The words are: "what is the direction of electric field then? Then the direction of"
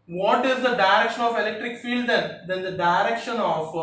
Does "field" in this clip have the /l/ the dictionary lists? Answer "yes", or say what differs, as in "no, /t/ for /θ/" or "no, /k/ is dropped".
yes